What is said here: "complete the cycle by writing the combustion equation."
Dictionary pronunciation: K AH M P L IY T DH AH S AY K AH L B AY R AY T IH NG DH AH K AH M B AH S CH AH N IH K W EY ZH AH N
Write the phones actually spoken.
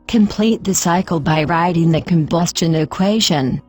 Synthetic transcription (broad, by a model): K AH M P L IY T DH AH S AY K AH L B AY R AY T IH NG DH AH K AH M B AH S CH AH N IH K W EY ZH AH N